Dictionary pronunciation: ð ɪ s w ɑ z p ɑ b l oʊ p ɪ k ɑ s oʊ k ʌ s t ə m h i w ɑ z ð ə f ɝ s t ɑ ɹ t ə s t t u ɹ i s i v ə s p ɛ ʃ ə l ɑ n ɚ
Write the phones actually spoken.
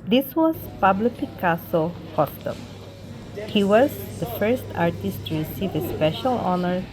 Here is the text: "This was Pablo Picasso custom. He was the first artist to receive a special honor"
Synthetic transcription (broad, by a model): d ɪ s w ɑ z p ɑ b l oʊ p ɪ k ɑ s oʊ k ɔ t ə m h i w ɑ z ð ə f ɝ s t ɑ ɹ t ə s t t u ɹ i s i v ə s p ɛ ʃ ə l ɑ n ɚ